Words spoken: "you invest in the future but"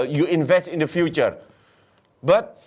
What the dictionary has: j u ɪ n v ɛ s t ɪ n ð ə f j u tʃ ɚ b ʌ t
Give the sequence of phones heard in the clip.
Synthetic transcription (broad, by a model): j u ɪ n v ɛ s t ɪ n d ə f j u tʃ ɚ b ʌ t